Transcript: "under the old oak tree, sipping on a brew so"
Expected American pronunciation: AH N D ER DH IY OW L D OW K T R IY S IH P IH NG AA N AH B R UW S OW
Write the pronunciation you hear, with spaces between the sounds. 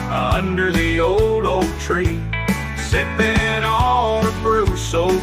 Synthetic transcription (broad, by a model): AH N D ER DH IY OW L D OW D T R IY S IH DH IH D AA L AH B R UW S OW